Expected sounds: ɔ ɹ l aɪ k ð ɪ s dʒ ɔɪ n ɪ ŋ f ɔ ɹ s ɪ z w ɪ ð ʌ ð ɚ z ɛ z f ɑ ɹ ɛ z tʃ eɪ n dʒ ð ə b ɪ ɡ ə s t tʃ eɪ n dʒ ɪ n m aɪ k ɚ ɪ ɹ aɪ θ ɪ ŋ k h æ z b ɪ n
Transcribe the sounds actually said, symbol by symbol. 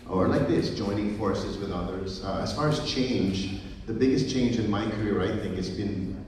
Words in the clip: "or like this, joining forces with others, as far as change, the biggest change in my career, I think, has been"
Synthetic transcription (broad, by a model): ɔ ɹ l aɪ k ð ɪ s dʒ ɔɪ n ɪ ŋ f ɔ ɹ s ɪ z w ɪ ð ʌ ð ɚ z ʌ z f ɑ ɹ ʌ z tʃ eɪ n dʒ ð ə b ɪ ɡ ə s tʃ eɪ n dʒ ɪ n m aɪ k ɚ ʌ ɹ aɪ θ ɪ ŋ k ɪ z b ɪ n